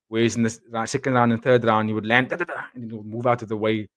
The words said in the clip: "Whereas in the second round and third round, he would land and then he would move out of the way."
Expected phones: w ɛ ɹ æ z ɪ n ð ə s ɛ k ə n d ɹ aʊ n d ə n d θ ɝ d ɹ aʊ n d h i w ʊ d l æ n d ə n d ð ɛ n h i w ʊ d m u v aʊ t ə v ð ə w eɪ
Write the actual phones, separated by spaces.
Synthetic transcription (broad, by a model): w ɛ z ɪ n ð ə s ɛ k ə n d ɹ aʊ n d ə n θ ɝ d ɹ aʊ n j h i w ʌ d l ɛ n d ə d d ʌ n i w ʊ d m u v aʊ t ə v ð ə w eɪ